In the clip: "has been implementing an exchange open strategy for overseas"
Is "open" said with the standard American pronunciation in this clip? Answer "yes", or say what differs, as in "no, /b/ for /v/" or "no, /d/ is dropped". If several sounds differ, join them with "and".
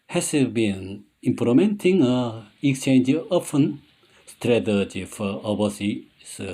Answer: no, /f/ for /p/